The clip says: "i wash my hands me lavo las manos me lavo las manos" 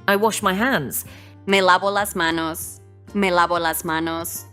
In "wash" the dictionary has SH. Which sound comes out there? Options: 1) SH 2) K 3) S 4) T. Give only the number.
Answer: 1